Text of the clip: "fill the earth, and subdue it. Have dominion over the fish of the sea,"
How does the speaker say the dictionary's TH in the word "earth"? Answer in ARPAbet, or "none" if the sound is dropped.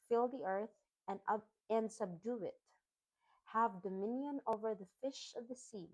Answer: TH